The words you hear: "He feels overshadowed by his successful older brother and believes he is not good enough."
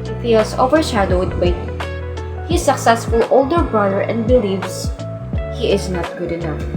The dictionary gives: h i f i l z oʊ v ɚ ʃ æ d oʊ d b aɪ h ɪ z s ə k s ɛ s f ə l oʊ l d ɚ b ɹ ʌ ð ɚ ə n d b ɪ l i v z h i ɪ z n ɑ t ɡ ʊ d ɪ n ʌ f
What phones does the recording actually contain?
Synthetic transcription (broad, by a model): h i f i l s oʊ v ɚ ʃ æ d oʊ d b aɪ h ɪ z s ə k s ɛ s f ə l oʊ l d ɚ b ɹ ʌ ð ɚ ə n d b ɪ l i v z h i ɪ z n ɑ t ɡ ʊ d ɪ n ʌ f